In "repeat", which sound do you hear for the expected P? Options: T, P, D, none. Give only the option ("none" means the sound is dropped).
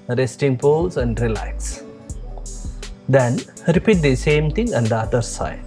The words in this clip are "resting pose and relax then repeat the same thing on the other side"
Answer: P